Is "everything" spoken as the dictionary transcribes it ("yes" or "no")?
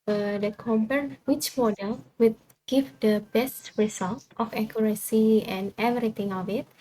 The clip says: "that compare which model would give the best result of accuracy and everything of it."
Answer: no